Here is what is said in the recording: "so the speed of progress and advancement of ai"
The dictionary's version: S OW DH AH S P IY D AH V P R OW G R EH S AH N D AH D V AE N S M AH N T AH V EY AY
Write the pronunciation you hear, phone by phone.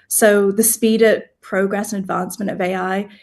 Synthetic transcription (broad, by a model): S OW DH AH S P IY D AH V P R OW G R EH S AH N AH D V AE N S M AH N T AH V EY AY